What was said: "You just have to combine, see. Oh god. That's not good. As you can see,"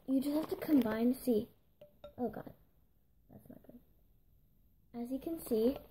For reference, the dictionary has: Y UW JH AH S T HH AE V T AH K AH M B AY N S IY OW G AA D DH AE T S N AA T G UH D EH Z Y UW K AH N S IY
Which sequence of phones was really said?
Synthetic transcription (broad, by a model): Y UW JH AH S T HH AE F T AH K AH M B AY N S IY OW G AA D DH AE T S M AA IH G UH D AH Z Y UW K AH N S IY